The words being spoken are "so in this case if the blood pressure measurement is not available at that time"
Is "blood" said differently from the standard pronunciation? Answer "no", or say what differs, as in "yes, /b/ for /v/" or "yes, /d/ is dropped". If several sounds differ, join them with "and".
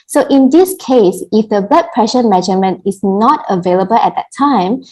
yes, /l/ is dropped